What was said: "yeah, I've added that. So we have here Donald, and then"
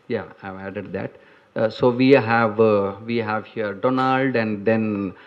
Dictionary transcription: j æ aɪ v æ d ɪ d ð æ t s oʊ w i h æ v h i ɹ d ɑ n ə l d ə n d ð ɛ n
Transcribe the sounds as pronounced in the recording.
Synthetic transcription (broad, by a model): j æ aɪ v æ d ɪ d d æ t s oʊ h i h æ v h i ɹ d ɑ n ə l d ə n d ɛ n